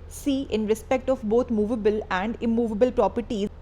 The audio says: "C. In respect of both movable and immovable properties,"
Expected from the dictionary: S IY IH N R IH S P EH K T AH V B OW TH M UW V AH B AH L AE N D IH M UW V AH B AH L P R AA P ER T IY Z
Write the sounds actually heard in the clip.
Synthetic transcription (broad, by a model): S IY IH N R IH S P EH K T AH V B OW T M UW V AH B AH L AE N D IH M UW V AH B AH L P R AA P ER T IY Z